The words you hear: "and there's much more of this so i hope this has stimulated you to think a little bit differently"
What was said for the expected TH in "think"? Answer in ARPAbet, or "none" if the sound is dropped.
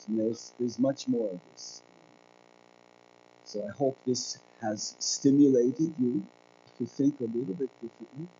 TH